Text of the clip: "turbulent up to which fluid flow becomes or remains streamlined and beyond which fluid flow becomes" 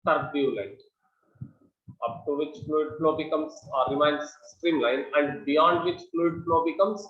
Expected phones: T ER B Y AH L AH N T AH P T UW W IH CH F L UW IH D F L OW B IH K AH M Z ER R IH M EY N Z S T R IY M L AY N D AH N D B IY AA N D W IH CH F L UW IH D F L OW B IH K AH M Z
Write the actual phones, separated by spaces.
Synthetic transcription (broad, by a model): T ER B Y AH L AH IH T AH P T UW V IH CH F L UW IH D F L OW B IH K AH M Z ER R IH M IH N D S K R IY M L AY N AH N D B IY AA N D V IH CH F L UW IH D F L OW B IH K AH M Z